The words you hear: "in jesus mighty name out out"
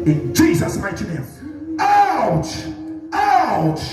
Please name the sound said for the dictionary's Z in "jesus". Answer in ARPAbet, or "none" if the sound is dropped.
Z